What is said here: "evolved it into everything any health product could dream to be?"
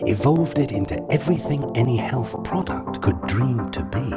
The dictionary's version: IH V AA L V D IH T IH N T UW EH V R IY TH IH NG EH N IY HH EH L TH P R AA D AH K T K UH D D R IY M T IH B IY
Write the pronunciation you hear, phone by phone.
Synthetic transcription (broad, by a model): IH V AA L V D IH T IH N T UW EH V R IY TH IH NG EH N IY HH EH L TH P R AA D AH K T K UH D D R IY M T IH B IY